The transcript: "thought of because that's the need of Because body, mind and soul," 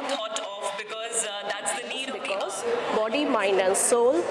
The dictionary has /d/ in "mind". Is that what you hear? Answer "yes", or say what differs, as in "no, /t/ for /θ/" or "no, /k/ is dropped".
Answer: no, /d/ is dropped